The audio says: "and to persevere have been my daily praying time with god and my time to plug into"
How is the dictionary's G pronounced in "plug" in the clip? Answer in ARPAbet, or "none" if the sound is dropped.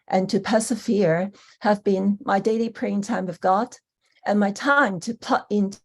none